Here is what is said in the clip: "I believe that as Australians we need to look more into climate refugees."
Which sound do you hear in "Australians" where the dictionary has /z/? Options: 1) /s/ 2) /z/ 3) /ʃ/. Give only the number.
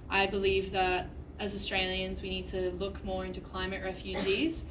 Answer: 2